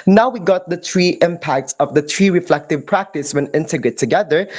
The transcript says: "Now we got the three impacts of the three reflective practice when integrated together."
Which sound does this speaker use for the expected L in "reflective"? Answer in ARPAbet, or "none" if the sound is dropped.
L